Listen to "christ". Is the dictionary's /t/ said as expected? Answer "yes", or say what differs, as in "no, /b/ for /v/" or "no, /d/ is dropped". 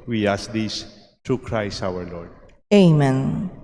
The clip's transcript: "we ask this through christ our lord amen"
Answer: no, /t/ is dropped